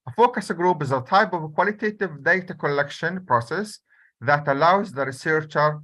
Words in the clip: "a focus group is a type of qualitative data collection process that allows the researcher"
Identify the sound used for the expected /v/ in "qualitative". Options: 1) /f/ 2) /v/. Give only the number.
2